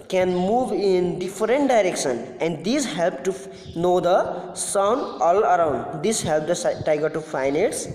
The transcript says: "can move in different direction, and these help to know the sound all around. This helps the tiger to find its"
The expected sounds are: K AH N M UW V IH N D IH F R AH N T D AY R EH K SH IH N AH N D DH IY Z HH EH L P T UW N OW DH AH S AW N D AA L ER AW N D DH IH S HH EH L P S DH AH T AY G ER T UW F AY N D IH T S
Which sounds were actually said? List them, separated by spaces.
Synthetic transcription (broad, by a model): K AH N M UW V IH N D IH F R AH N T D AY R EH K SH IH N AH N D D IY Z HH EH L P T UW N OW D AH S AW N D AA L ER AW N D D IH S HH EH L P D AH T AY G ER T UW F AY N IH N S